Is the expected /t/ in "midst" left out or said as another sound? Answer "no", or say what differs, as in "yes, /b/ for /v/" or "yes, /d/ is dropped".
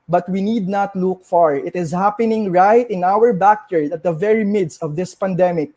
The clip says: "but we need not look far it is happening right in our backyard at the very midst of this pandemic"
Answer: no